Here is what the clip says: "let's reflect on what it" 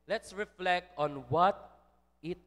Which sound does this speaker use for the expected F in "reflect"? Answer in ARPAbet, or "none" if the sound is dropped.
F